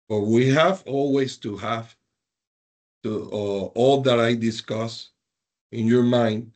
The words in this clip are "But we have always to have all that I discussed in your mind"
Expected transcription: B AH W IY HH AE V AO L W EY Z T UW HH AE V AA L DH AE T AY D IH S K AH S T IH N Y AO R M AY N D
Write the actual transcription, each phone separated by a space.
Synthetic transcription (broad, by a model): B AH W IY HH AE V AO L W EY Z T UW HH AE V AA L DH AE T AY D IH S K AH S IH N Y AO R M AY N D